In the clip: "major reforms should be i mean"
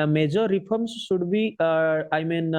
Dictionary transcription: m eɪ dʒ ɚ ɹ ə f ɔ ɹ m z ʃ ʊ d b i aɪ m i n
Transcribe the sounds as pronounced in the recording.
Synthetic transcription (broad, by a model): m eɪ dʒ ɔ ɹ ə p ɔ ɹ m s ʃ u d b i aɪ m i n